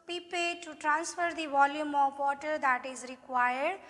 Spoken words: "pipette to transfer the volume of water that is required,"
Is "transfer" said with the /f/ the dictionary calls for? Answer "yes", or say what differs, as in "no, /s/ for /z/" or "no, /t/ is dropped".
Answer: yes